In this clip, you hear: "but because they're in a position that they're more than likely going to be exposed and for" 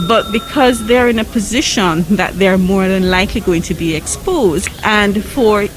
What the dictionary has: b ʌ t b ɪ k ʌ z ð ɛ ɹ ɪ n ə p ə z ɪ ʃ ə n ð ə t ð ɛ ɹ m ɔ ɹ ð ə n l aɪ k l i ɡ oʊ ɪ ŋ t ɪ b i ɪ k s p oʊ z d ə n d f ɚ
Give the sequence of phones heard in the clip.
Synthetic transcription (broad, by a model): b ʌ t b ɪ k ʌ z ð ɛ ɹ ɪ n ə p ə z ɪ ʃ ə n ð ə t ð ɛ ɹ m ɔ ɹ ð ə n l aɪ k l i ɡ oʊ ɪ ŋ t ɪ b i ɪ k s p oʊ z d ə n f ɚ